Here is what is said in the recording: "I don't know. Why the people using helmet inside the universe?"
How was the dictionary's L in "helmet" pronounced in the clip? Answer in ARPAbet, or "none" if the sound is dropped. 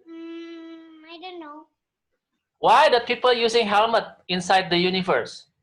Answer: L